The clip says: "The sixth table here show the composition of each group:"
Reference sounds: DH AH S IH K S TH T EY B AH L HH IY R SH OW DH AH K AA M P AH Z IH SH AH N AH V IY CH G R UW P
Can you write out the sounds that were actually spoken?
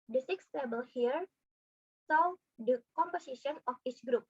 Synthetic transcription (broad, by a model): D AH S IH K S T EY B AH L HH IY R S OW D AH K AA M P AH S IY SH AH N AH F IY CH G R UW P